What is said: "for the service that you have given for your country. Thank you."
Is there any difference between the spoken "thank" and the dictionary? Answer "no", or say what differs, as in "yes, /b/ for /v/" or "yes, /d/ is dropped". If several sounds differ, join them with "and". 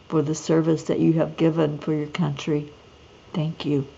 no